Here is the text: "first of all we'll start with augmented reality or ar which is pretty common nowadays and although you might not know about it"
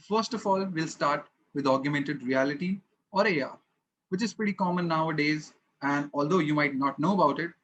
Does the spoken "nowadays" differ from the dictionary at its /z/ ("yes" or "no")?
no